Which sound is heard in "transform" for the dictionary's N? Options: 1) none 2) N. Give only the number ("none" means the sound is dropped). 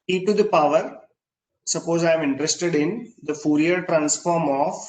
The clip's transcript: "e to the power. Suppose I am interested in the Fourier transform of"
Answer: 2